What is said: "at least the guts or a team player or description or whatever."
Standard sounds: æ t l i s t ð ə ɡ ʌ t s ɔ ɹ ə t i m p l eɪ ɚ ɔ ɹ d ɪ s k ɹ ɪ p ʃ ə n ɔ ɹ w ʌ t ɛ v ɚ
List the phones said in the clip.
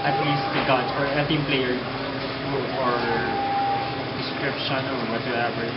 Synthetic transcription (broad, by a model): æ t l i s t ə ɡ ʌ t ɔ ɹ ə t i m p l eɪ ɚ ɔ ɹ d ɪ s k ɹ ɪ p ʃ ə n ɔ ɹ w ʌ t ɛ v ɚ